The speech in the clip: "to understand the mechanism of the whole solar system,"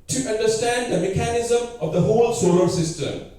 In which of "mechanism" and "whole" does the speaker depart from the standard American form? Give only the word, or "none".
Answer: none